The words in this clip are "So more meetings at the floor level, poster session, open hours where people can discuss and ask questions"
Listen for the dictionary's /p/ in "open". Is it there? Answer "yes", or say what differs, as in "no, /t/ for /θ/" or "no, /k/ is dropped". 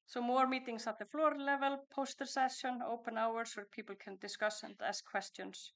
yes